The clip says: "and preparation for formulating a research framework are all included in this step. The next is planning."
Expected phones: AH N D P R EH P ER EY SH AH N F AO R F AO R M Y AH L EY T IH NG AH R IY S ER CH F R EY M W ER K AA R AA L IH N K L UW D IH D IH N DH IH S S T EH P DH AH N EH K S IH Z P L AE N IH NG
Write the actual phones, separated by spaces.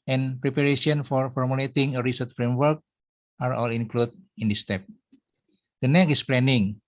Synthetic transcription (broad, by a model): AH N P R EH P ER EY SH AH N F AO R F AO R M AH L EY T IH NG AH R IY S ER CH F R EY M W ER K AA R AA L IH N K L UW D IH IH N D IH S S T EH P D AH N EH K IH S P L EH N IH NG